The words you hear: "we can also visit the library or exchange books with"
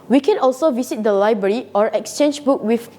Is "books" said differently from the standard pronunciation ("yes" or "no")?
yes